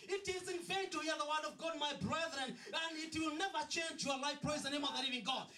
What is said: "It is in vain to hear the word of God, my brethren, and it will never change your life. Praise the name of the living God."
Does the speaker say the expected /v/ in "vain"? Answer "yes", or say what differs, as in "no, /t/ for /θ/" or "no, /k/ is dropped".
no, /f/ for /v/